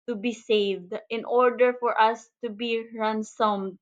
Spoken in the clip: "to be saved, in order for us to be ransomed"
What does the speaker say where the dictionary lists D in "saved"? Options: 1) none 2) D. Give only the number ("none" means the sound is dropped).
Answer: 2